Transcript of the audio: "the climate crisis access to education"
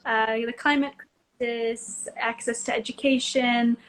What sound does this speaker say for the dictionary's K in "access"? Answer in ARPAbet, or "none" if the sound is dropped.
K